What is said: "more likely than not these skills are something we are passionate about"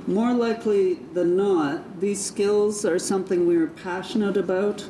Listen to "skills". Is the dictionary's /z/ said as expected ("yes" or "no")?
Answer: yes